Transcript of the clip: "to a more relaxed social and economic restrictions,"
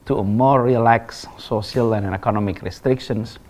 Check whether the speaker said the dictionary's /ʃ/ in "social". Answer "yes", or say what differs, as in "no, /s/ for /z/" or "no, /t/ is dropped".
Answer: no, /ʃ/ is dropped